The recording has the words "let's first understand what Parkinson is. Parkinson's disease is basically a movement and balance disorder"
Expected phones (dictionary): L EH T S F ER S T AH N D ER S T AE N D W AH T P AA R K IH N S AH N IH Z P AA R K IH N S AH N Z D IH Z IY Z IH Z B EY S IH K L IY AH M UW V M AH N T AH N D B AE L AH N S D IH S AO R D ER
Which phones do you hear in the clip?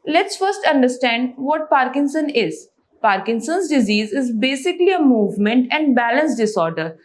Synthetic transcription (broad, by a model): L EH T S F ER S T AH N D ER S T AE N D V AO T P AA R K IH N S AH N IH Z P AA R K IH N S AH N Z D IH Z IY Z IH Z B EY S IH K L IY AH M UW V M AH N T AH N D B AE L AH N S D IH S AO R D ER